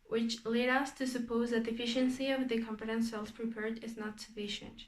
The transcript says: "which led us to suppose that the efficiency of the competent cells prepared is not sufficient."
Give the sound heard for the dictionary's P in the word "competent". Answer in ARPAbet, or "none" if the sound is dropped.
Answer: F